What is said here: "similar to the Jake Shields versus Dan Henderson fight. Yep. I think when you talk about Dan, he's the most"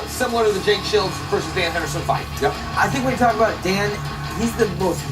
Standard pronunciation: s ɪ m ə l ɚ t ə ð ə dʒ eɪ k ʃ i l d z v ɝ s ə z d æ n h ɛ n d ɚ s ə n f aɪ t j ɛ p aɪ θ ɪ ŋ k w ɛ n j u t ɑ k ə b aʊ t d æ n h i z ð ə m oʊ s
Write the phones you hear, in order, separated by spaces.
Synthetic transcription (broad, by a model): s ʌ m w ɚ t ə ð ə dʒ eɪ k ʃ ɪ l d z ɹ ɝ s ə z d æ n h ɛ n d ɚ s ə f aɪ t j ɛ aɪ θ ɪ ŋ k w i t ɑ k ə b aʊ t d æ n h i z ð ə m oʊ s